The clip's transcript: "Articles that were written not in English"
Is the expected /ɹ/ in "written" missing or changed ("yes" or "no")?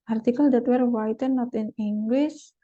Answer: yes